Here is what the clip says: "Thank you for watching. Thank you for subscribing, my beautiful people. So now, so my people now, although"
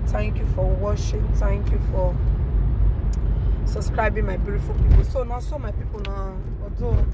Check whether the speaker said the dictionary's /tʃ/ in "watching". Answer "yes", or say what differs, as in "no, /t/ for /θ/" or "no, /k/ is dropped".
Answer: no, /ʃ/ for /tʃ/